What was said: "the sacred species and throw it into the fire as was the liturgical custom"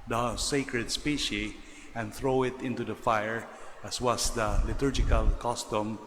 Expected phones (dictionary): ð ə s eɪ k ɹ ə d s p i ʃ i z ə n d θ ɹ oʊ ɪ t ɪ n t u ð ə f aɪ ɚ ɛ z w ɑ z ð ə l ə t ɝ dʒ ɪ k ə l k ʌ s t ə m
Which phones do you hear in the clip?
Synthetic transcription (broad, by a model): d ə s eɪ k ɹ ə d s p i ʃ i ə n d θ ɹ oʊ ɪ t ɪ n t u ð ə f aɪ ɚ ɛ s w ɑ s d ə l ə t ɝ dʒ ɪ k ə l k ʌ s t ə m